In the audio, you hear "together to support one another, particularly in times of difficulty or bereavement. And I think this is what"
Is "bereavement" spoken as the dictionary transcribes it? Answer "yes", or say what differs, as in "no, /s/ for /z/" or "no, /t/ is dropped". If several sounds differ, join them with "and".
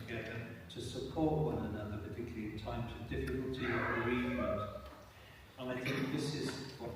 no, /n/ is dropped